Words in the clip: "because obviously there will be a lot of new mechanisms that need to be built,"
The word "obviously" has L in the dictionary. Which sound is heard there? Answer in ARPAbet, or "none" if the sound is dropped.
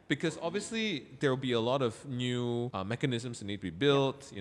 L